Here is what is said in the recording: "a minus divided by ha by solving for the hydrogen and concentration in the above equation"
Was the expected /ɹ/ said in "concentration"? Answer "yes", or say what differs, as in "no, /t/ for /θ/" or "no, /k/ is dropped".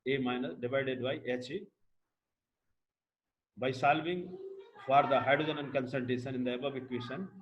no, /ɹ/ is dropped